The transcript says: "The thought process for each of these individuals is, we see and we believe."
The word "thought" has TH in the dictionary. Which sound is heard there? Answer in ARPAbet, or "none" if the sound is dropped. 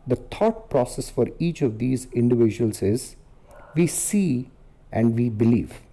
T